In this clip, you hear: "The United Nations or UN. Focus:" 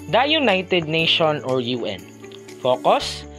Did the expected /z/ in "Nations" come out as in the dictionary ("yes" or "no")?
no